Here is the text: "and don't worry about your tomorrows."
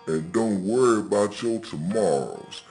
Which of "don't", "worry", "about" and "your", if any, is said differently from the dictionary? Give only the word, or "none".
your